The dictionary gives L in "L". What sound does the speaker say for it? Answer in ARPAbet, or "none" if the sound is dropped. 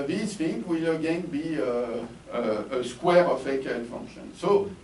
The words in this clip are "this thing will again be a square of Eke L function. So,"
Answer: N